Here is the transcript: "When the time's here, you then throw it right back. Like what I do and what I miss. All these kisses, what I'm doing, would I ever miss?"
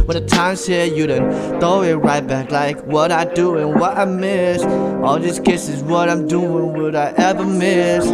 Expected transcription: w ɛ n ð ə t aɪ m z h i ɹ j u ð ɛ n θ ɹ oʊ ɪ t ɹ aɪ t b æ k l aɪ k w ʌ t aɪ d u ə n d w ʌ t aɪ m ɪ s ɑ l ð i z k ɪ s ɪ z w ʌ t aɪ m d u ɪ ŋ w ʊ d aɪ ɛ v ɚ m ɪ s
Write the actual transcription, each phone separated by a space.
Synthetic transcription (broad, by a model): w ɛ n ð ə t aɪ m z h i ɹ j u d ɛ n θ oʊ ɪ t ɹ aɪ t b æ k l aɪ k w ʌ t aɪ d u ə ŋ w ʌ t aɪ m ɪ s ɑ l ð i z k ɪ s ɪ z w ʌ t aɪ m d u ɪ ŋ w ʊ d aɪ ɛ v ɚ m ɪ s